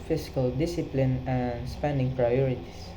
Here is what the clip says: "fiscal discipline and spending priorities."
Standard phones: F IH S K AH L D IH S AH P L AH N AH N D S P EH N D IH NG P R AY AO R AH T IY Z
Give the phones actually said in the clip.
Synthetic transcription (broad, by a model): F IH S K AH L D IH S AH P L AH N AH N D S P EH N D IH NG P R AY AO R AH T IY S